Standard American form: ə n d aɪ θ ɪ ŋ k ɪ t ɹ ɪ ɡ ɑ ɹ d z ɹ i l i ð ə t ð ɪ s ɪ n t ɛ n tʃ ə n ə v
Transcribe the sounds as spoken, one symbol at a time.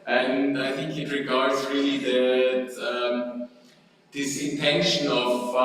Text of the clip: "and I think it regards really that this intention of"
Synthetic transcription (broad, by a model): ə n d aɪ θ ɪ ŋ k ɪ t ɹ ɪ ɡ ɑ ɹ d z ɹ i l i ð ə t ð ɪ s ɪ n t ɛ n ʃ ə n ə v